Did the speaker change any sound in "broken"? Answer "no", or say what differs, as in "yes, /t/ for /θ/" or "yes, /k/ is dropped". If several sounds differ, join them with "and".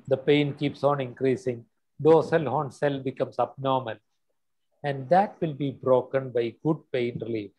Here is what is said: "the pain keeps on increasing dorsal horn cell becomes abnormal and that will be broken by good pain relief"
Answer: no